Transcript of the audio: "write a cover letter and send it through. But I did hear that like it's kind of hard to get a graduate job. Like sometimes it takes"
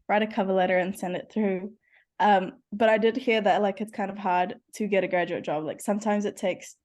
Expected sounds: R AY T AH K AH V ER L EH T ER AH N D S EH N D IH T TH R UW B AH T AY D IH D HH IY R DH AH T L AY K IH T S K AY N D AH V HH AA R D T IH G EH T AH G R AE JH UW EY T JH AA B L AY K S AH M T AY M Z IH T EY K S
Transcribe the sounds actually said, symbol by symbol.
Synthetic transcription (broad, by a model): R AY T AH K AH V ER L EH T ER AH N S EH N D IH T TH R UW B AH T AY D IH D HH IY R DH AH T L AY K IH T S K AY N D AH V HH AA R D T IH G EH T AH G R AE JH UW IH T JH AA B L AY K S AH M T AY M Z IH T EY K S